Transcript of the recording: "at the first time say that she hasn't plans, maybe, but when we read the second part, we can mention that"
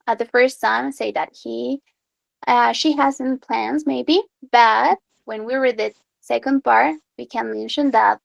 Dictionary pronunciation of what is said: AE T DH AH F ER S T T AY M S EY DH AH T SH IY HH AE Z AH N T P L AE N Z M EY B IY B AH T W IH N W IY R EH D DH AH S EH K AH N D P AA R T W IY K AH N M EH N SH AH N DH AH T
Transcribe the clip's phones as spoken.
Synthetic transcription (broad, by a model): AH DH AH F ER S T S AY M S EY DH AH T SH IY HH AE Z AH N P L AE N Z M EY B IY B AH T W IH N W IY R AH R DH AH S EH K AH N D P AA R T W IY K AH N M EH N SH AH N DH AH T